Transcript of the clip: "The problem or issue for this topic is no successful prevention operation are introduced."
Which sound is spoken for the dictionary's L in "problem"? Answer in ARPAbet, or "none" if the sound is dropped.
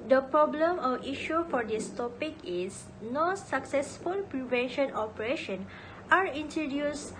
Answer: L